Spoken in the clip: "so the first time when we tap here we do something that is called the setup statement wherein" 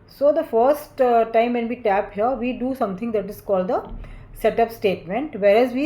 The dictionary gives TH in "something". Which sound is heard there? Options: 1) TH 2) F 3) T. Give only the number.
3